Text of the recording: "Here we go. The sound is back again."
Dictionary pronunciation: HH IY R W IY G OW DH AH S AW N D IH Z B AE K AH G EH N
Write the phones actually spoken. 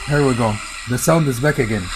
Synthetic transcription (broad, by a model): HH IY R W IY G OW DH AH S AW N D IH Z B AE K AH G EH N